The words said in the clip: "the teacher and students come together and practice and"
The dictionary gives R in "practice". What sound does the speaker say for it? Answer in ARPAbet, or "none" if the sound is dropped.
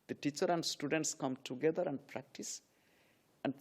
R